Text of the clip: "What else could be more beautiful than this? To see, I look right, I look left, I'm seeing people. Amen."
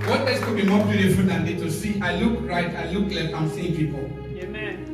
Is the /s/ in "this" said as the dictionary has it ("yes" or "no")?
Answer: no